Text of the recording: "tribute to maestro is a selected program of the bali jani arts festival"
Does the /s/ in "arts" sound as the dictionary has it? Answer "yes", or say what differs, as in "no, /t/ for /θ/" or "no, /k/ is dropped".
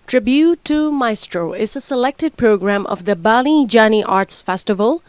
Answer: yes